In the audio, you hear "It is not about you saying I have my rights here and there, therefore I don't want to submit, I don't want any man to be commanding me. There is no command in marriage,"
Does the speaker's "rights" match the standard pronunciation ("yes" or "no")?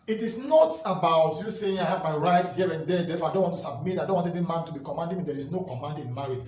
no